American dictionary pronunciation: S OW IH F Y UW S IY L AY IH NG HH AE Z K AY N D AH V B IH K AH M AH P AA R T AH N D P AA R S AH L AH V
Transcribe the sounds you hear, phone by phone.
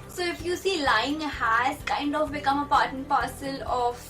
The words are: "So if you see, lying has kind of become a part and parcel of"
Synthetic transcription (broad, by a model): S OW IH F Y UW S IY L AY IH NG HH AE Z K AY N D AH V B IH K AH M AH P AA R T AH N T P AA R S AH L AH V